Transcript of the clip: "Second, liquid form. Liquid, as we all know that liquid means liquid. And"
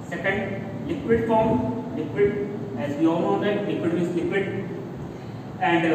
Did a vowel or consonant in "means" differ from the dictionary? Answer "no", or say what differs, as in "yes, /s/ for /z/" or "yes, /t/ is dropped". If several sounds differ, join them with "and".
yes, /n/ is dropped